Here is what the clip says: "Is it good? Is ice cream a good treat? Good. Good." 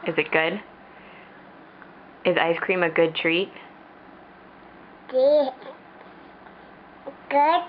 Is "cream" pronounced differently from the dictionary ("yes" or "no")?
no